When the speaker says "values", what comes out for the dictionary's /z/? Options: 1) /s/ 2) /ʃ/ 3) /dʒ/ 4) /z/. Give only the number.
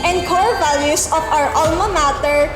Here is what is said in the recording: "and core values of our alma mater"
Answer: 1